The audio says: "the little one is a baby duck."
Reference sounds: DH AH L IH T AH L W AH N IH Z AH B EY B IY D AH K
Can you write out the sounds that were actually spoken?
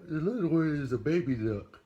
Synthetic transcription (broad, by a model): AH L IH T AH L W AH IH Z AH B EY B IY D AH K